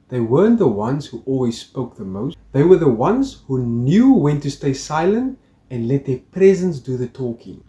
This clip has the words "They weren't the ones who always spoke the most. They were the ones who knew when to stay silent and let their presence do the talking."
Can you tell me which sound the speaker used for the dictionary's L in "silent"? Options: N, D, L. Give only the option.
L